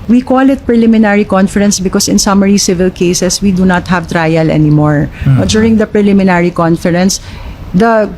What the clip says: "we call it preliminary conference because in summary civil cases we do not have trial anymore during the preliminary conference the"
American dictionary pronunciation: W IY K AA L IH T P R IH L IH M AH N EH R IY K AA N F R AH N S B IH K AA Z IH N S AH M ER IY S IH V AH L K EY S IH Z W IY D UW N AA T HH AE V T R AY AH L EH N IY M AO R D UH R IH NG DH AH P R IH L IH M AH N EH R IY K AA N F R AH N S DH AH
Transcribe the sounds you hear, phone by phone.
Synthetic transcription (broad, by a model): W IY K AA L IH T P R IH L IH M AH N EH R IY K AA N F R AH N S B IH K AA S IH N S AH M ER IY S IH V AH L K EY S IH S W IY D UW N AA T HH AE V T R AY AH L EH N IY M AO R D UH R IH NG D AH P R IH L IH M AH N EH R IY K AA N F R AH N S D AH